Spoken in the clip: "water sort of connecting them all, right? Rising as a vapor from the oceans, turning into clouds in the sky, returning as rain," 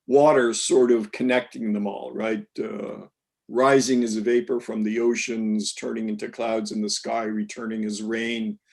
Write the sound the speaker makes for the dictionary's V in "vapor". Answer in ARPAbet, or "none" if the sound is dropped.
V